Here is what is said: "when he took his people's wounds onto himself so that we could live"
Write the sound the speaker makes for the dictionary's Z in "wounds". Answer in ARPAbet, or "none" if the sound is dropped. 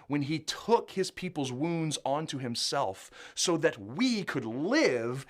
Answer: Z